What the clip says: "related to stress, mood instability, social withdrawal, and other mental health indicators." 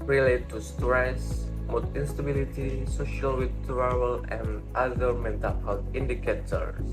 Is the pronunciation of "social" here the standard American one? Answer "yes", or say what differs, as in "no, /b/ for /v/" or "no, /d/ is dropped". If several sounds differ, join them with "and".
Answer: yes